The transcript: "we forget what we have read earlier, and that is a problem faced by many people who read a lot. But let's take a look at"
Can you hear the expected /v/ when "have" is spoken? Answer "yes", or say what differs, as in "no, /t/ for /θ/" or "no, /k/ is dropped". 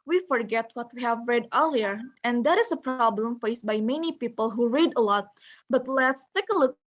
yes